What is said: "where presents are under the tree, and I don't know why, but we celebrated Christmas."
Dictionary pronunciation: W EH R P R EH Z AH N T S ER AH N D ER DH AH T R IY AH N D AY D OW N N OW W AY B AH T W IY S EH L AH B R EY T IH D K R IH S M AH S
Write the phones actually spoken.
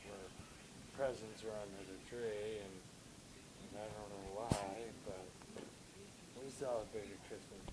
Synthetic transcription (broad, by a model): W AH R P R EH Z AH N T S ER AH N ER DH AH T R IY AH N AY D OW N N OW W AY B AH T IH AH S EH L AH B EY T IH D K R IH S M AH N